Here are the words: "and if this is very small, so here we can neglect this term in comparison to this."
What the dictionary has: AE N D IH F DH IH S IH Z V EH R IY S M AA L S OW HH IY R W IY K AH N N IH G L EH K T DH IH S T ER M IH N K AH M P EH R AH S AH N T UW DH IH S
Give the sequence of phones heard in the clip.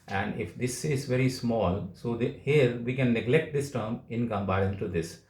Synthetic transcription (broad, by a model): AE N D IH F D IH S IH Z V EH R IY S M AA L S OW HH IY R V IY K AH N N IH G L EH K T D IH S T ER M IH N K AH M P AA AH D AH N T UW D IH S